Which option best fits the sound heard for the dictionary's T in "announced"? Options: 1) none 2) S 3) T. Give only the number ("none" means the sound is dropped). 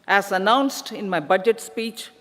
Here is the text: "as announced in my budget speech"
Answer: 3